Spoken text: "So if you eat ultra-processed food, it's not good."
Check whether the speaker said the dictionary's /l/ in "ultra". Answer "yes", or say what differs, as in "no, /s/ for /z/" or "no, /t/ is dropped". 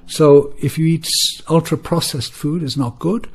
yes